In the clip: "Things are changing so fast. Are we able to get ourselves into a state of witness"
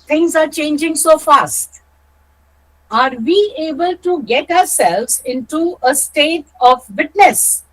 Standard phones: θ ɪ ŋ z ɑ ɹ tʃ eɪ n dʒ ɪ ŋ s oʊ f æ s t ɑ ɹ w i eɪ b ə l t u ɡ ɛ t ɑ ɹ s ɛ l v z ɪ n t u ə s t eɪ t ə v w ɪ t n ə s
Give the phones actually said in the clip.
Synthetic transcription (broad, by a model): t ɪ ŋ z ɑ ɹ tʃ eɪ n dʒ ɪ ŋ s oʊ f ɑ s t ɑ ɹ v i eɪ b ə l t u ɡ ɛ t ɑ ɹ s ɛ l v z ɪ n t u ə s t eɪ t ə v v ɪ t n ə s